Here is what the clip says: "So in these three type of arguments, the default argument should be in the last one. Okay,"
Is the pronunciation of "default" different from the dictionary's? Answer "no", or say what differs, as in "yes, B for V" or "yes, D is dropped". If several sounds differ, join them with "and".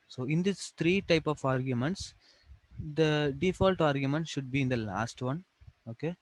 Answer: no